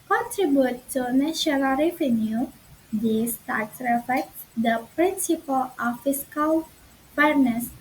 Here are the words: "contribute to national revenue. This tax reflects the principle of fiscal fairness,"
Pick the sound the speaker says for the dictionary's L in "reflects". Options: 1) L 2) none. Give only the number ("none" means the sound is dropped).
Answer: 2